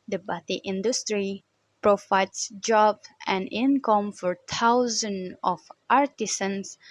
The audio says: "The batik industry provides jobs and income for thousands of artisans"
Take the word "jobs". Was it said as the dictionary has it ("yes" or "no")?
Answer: no